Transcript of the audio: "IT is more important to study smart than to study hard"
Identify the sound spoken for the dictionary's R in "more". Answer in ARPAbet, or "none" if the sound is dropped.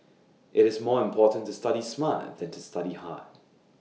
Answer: R